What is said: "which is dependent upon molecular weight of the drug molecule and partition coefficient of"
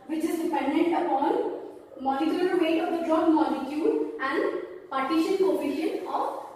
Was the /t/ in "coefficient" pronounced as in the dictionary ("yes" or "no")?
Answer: no